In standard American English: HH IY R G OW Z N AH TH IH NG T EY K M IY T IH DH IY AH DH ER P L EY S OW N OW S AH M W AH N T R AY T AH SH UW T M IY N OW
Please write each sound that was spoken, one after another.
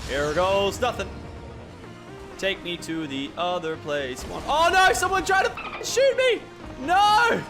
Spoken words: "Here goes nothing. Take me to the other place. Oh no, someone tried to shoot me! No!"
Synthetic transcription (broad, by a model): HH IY R G OW Z N AH TH IH NG T EY K M IY T IH DH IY AH DH ER P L EY S OW N OW S AH M W AH N T R AY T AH SH UW T M IY N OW